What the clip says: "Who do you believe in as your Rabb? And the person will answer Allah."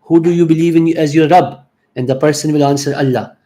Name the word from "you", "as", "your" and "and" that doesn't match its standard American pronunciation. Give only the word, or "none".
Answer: none